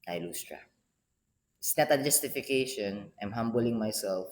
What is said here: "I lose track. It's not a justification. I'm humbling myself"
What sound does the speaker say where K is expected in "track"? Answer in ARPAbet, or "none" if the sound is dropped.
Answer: none